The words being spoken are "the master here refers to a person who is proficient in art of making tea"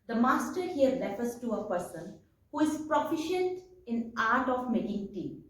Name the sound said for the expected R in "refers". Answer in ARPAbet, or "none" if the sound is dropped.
L